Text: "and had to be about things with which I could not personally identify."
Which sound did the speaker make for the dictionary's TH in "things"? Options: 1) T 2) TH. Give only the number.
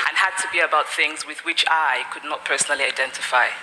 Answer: 2